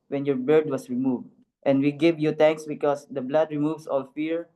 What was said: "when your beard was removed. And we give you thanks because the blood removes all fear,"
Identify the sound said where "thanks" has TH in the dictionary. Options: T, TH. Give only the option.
T